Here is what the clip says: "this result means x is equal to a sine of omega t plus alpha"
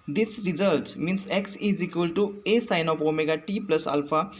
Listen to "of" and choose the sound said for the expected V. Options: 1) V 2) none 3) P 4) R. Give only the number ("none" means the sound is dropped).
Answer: 3